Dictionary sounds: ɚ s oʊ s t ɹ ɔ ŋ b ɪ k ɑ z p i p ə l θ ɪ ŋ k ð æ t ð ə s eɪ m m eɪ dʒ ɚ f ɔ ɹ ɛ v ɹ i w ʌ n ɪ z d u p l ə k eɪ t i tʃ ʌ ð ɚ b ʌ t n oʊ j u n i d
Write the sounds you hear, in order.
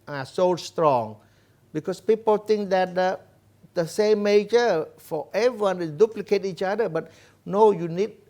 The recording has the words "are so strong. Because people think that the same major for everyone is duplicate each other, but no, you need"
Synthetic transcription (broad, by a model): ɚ s oʊ s t ɹ ɔ ŋ b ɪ k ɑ s p i p ə l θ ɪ ŋ k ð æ t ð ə s eɪ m m eɪ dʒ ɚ f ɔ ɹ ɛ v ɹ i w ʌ n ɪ d u p l ə k eɪ t i tʃ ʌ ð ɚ b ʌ t n oʊ j u n i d